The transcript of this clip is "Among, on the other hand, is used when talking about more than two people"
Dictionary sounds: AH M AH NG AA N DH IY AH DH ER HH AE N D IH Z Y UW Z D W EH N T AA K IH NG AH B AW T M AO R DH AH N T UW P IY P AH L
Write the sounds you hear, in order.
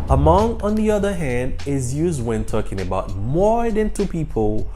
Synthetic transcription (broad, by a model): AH M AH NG AA N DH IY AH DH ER HH AE N D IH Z Y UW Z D W EH N T AA K IH NG AH B AW T M AO R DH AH N T UW P IY P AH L